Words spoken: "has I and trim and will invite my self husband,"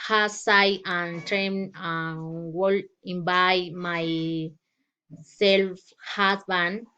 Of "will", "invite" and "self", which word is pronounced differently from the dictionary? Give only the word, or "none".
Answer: invite